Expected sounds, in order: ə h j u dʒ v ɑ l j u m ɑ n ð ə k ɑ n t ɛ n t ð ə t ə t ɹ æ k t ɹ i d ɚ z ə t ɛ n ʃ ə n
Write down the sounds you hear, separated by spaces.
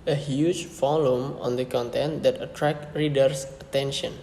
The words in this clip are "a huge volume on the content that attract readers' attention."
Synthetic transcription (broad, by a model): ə h j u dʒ f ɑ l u m ɑ n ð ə k ɑ n t ɛ n t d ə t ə t ɹ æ k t ɹ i d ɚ s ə t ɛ n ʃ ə n